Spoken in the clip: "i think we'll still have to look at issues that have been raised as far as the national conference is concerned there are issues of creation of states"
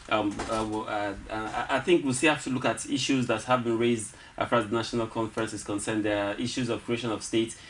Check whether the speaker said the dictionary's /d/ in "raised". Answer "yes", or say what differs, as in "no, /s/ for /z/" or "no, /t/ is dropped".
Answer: yes